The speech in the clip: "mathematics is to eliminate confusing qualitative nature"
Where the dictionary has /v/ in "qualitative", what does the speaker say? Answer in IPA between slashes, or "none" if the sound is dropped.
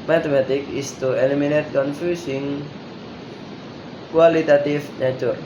/f/